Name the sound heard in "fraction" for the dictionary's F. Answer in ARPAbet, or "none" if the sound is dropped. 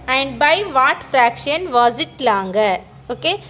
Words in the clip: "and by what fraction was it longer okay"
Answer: F